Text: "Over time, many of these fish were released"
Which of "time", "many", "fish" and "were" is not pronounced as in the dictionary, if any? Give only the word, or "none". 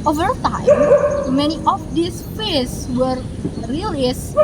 fish